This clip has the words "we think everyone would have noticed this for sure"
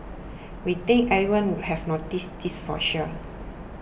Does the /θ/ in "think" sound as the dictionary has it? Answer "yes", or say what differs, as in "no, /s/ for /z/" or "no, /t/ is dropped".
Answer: no, /t/ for /θ/